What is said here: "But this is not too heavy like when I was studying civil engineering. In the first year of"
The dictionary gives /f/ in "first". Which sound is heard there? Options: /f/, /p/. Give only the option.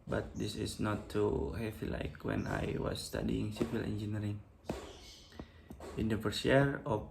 /p/